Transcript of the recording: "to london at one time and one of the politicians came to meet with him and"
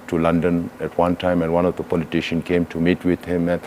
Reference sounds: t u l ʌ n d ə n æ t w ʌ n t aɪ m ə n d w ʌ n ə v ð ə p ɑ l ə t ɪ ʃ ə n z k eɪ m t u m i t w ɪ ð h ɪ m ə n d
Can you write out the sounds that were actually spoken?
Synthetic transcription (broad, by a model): t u l ʌ n d ə n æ t w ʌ n t aɪ m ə n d w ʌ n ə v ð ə p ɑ l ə t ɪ ʃ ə n k eɪ m t u m i t w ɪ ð h ɪ m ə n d